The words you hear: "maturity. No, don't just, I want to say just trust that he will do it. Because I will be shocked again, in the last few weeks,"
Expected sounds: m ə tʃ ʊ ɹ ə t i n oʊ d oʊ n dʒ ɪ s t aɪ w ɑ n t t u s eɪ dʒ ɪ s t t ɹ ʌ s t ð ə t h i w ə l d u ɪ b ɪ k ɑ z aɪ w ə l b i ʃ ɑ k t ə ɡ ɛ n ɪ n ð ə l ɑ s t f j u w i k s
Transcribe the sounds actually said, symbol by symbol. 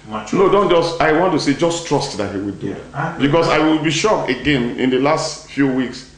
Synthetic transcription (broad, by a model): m n oʊ d oʊ n dʒ ɪ s t aɪ w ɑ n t t u s eɪ dʒ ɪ s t t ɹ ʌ s t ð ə t h i w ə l d u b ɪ k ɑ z aɪ w ə l b i ʃ ɑ k ə ɡ ɛ n ɪ n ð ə l ɑ s t f j u w i k s